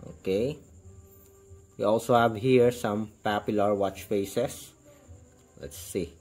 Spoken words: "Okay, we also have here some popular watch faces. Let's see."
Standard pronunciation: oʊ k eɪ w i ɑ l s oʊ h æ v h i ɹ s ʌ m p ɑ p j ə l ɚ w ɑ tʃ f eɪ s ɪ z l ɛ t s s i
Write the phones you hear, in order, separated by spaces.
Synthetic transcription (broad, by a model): oʊ k eɪ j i ɑ l s oʊ h æ v h i ɹ s ʌ m p ɑ p j ə l ɚ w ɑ tʃ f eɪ s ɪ s l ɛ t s s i